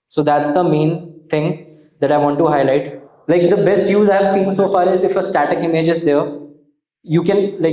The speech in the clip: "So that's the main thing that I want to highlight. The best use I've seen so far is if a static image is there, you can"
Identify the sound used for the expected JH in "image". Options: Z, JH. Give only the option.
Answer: JH